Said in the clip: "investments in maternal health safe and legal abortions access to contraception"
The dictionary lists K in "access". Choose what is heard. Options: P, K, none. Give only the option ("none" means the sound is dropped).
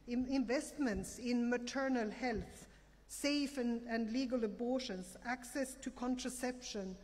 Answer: K